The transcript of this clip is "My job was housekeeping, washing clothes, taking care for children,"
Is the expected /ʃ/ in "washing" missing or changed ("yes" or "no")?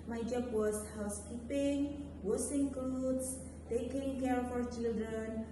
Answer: yes